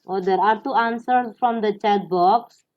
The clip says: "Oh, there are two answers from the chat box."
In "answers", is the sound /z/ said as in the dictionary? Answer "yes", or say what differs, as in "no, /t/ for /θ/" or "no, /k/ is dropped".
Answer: no, /s/ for /z/